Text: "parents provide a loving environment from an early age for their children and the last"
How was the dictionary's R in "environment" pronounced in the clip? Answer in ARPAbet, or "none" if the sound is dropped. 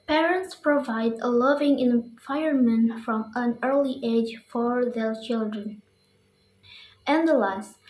none